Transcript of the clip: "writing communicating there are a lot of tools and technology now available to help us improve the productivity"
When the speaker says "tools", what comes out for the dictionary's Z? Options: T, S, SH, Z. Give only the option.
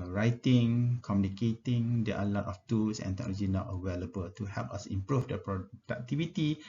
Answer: S